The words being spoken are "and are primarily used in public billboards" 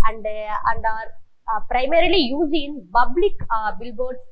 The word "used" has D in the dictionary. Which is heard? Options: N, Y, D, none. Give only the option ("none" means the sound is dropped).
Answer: none